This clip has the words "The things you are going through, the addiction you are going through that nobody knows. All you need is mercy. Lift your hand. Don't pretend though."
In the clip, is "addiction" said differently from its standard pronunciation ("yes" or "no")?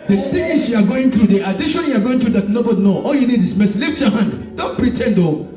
yes